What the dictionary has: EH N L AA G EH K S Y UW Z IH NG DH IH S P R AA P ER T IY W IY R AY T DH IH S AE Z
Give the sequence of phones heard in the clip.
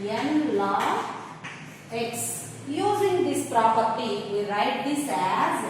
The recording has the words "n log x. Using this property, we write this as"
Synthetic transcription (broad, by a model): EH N L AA EH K S Y UW Z IH NG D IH S P R AA P ER T IY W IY R AY T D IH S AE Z